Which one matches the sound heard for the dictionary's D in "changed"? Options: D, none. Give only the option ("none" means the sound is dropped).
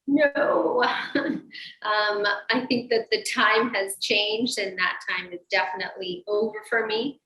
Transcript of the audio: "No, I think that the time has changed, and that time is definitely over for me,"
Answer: D